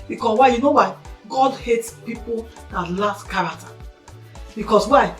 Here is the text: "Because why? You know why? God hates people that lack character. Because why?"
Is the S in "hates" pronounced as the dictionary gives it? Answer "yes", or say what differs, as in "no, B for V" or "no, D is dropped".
yes